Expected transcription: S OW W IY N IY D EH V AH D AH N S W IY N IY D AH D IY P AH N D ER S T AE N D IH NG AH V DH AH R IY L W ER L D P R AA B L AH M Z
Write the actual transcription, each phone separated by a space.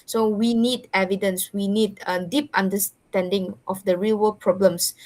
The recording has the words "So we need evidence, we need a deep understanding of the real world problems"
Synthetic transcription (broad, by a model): S OW W IY N IY D EH V AH D AH N S W IY N IY D AH D IY P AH N D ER S T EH N D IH NG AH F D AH R IY L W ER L P R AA B L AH M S